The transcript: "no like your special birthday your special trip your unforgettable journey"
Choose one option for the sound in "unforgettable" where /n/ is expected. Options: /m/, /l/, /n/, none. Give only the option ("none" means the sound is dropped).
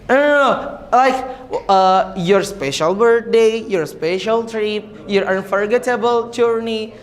/n/